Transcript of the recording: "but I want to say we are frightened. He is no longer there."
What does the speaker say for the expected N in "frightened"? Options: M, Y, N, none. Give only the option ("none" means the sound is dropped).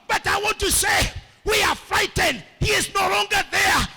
N